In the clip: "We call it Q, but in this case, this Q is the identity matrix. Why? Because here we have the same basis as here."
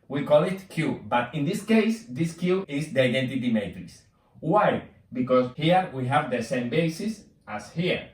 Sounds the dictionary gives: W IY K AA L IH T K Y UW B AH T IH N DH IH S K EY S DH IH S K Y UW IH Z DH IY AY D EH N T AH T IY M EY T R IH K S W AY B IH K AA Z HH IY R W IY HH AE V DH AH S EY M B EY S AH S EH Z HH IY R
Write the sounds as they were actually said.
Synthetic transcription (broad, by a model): W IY K AA L IH T K Y UW B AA T IH N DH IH S K EY S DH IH S K Y UW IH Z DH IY AY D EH N T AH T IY M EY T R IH S W AY B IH K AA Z HH IY R W IY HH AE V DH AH S EY M B EY S AH S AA S HH IY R